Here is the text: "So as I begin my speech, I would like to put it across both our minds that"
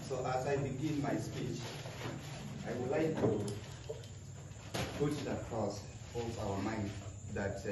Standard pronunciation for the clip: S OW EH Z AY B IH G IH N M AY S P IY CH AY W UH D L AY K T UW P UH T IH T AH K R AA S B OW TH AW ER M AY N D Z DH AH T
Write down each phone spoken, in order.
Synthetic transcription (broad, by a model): S OW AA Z AY B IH G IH N M AY S P IY CH AY W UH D L AY K T UW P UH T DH AH K R AA S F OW S AW ER M AY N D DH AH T